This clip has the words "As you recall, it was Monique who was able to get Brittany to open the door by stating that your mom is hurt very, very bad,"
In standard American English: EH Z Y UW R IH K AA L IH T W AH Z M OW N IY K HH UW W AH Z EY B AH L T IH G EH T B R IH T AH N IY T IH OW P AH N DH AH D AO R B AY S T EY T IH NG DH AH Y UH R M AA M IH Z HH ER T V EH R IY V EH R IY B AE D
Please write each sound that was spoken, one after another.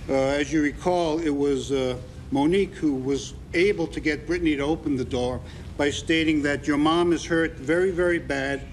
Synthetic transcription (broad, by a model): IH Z Y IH R IH K AA L IH T W AH Z M OW N IY K HH UW W AH Z EY B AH L T IH G EH T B R IH T N IY T IH OW P AH N DH AH D AO R B AY S T EY T IH NG DH AH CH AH R M AA M IH Z HH ER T V EH R IY V EH R IY B AE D